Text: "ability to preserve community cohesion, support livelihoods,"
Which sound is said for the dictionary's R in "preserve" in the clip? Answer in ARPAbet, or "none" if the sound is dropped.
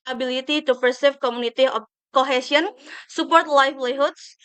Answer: none